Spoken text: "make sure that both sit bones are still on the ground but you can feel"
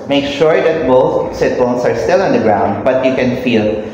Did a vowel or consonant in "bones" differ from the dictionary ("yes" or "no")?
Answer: yes